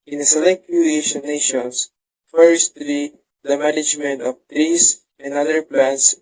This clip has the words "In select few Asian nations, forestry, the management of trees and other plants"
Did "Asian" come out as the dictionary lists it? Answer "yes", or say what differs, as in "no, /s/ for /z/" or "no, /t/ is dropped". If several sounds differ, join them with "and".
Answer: no, /ʃ/ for /ʒ/